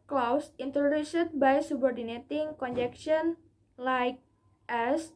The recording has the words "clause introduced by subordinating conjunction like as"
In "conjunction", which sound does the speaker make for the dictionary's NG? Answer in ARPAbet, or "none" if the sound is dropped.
none